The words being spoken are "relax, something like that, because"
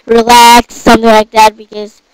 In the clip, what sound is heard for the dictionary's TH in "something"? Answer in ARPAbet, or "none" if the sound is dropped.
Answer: TH